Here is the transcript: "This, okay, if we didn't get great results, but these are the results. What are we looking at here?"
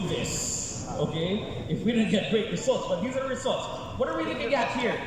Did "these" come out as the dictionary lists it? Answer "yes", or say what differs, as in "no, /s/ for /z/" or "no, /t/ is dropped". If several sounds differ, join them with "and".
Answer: yes